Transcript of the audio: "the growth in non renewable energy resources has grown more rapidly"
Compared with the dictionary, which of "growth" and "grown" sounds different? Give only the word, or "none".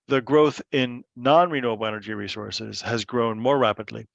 none